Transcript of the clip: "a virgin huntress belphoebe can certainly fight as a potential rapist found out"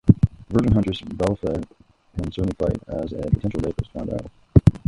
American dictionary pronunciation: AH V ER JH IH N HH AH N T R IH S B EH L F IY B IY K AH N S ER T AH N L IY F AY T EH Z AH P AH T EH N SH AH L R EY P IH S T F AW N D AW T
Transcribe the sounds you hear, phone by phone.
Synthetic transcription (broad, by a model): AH V ER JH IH N HH AH N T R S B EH L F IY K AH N S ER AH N IY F AY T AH Z AH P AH T EH N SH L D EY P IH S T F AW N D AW